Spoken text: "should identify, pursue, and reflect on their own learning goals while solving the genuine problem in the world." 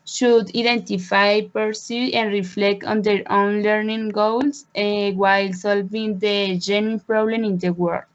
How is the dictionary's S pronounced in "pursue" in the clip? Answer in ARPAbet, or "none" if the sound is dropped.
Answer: S